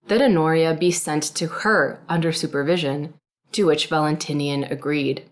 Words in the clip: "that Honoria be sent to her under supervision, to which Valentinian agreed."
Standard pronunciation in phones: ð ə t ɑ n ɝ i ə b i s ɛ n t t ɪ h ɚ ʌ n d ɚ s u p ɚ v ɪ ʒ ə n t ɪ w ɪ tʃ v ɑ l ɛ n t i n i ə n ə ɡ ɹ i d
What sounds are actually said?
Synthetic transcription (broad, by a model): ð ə t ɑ n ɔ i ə b i s ɛ n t t ɪ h ɚ ʌ n d ɚ s u p ɚ v ɪ ʒ ə n t ɪ w ɪ tʃ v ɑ l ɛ n t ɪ n i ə n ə ɡ ɹ i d